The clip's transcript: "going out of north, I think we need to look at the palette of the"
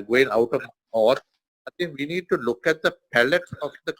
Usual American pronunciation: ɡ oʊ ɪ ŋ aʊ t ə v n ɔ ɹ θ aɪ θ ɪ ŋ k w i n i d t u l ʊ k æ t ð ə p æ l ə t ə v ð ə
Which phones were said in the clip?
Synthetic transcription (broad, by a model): ɡ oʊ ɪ ŋ aʊ t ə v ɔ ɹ aɪ t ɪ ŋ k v i n i d t u l ʊ k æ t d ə p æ l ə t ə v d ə